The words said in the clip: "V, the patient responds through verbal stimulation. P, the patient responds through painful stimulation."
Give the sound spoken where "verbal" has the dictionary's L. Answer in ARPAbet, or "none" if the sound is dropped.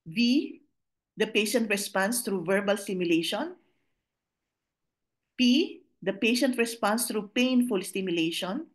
L